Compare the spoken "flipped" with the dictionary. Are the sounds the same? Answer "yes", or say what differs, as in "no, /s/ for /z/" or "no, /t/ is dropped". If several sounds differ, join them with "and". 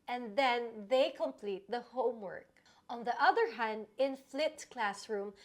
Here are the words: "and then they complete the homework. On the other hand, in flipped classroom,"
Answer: no, /p/ is dropped